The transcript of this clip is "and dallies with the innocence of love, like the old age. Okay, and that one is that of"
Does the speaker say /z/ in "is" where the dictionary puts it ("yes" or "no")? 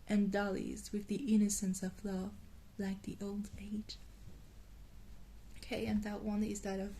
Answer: yes